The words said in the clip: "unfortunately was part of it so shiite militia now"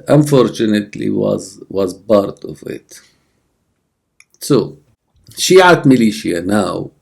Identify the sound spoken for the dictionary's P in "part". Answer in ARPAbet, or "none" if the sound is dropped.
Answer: B